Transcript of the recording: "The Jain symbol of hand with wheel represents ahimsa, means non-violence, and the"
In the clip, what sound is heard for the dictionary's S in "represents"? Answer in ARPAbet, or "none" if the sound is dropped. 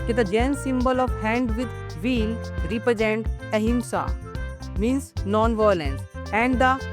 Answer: none